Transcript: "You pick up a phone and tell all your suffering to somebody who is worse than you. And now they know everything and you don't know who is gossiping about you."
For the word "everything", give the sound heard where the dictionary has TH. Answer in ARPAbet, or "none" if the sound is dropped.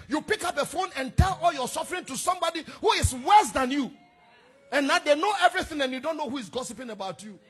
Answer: TH